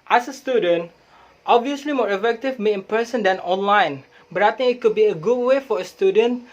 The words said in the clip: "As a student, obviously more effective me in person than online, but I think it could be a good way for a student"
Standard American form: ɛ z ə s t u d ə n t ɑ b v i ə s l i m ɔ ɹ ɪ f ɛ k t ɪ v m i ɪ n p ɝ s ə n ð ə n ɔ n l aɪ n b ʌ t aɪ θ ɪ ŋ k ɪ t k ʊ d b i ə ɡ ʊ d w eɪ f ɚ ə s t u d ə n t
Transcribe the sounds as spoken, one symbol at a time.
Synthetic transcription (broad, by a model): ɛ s ə s t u d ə n t ɑ b v i ə s l i m ɔ ɹ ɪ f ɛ k t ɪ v m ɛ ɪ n p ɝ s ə n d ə n ɔ n l aɪ n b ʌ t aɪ t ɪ ŋ ɪ t k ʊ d b i ə ɡ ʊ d w eɪ f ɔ ə s t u d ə n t